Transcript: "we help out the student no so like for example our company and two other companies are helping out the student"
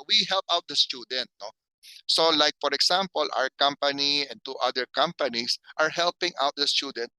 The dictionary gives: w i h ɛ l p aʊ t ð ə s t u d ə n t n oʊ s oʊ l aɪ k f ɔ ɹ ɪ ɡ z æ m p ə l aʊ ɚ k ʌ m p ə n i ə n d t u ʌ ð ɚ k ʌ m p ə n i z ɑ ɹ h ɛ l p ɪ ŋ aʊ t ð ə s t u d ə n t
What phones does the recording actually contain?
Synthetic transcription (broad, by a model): w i h ɛ l p aʊ t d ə s t u d ə n t n oʊ s oʊ l aɪ k f ɔ ɹ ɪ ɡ s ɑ m p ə l aʊ ɚ k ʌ m p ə n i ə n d t u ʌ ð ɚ k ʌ m p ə n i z ɑ ɹ h ɛ l p ɪ ŋ aʊ t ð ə s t u d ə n t